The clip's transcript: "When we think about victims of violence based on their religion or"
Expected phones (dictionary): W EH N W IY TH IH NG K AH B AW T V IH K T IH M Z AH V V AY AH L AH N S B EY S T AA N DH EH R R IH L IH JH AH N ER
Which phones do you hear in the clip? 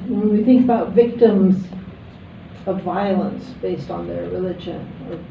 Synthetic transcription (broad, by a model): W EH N W IY TH IH NG K AH B AW T V IH K T IH M Z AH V V AY AH L AH N S B EY S T N DH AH R R IH L IH JH AH N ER